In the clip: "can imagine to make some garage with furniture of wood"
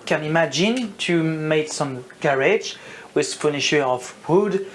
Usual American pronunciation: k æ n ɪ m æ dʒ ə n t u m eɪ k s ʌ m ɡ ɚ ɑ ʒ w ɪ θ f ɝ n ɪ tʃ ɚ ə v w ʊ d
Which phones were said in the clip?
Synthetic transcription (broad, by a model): k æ n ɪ m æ dʒ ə n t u m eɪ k s ʌ m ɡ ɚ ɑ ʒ w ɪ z f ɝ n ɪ ʃ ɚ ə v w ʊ d